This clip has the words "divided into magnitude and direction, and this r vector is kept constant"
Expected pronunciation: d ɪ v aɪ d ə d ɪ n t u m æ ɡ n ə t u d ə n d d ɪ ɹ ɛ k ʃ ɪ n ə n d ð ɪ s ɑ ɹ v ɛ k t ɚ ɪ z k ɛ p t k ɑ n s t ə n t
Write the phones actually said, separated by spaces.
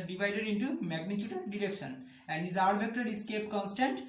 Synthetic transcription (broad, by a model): d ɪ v aɪ d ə d ɪ n t u m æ ɡ n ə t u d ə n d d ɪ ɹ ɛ k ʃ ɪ n ə n d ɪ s ɑ ɹ b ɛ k t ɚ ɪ s k ɛ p k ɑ n s t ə n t